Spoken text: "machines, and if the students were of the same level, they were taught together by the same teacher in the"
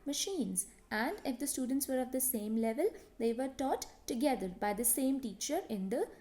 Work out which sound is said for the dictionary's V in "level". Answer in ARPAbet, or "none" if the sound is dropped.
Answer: V